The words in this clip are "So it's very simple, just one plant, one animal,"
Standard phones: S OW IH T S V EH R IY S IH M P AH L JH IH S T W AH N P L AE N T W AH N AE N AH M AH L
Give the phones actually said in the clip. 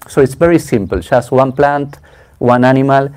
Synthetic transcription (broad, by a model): S OW IH T S V EH R IY S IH M P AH L SH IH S W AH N P L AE N T W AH N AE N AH M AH L